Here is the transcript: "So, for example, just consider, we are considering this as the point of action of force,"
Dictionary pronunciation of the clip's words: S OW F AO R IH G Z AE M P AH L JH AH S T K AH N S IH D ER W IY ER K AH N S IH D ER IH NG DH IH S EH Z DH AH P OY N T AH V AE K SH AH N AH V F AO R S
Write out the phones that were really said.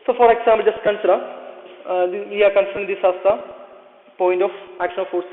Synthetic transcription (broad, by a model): S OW F AO R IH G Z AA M AH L JH AH S T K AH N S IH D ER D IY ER K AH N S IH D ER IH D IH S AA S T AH P OY N T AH F AE K SH AH N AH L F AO R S